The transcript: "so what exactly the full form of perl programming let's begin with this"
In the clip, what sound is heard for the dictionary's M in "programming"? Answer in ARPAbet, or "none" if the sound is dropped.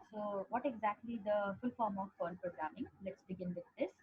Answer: M